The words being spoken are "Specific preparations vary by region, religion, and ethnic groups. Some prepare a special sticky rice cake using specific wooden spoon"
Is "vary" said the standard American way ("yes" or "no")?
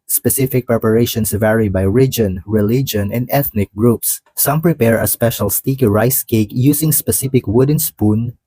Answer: yes